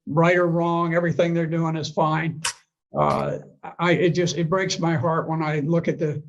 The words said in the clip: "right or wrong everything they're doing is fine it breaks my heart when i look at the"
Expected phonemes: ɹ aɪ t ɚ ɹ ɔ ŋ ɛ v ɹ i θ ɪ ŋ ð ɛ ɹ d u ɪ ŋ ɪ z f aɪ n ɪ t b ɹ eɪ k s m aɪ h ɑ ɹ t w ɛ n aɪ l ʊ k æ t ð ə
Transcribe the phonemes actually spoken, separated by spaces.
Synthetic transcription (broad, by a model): ɹ aɪ t ɚ ɹ ɔ ŋ ɛ v ɹ i θ ɪ ŋ ð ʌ ɹ d u ɪ ŋ ɪ z f aɪ n ɪ t b ɹ eɪ k s m aɪ h ɑ ɹ t w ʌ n aɪ l ʊ k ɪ t ð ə